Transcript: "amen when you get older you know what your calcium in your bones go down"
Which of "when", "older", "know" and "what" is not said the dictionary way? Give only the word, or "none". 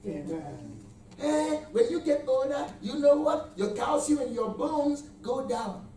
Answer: older